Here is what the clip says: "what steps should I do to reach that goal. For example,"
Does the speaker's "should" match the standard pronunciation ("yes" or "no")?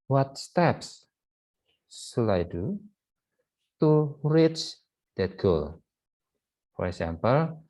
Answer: no